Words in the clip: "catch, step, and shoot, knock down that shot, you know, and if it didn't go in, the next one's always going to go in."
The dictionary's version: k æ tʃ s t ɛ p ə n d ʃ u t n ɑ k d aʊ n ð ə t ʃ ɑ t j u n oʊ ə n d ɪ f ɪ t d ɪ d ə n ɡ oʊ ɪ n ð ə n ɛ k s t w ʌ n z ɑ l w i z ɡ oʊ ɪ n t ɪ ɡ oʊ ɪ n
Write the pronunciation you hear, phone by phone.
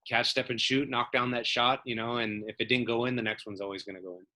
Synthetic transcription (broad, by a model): k æ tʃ s t ɛ p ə n ʃ u t n ɑ k d aʊ n ð ə t ʃ ɑ t j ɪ n oʊ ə n ɪ f ɪ t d ɪ d n ɡ oʊ ɪ n ð ə n ɛ k s t w ʌ n z ɑ l w i z ɡ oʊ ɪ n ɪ ɡ oʊ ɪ n